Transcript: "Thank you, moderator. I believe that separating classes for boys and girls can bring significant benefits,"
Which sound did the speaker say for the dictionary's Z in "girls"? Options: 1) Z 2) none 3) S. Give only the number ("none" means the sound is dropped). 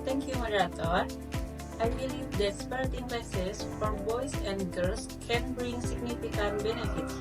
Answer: 3